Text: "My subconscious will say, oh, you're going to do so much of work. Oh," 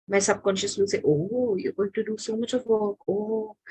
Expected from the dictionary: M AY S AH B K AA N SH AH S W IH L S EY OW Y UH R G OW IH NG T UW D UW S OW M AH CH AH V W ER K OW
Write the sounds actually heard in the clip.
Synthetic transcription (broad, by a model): M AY S AH B K AA N SH AH S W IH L S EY OW Y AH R G OW IH NG T UW D UW S OW M AH CH AH V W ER K OW